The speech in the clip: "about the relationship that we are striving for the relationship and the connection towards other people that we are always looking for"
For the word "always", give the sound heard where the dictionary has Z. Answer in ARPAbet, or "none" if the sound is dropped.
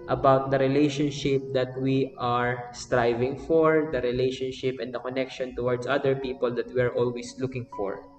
S